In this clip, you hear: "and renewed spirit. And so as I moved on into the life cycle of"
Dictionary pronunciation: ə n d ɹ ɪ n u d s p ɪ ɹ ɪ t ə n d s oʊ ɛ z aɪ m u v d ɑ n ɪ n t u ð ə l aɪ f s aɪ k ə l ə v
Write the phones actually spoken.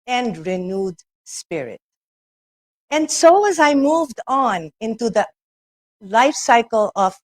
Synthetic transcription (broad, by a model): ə n d ɹ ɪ n u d s p ɪ ɹ ɪ t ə n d s oʊ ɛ z aɪ m u v d ɑ n ɪ n t u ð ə l aɪ f s aɪ k ə l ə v